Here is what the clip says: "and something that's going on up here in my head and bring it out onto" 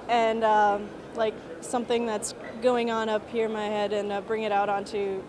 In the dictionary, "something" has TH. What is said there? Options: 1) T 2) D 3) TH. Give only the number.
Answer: 3